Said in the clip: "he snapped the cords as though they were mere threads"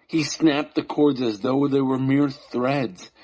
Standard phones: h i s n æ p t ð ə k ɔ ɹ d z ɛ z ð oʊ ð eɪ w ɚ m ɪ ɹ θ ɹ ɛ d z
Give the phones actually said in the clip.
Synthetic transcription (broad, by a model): h i s n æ p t ð ə k ɔ ɹ d z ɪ z ð oʊ ð eɪ w ɚ m ɪ ɹ θ ɹ ɛ d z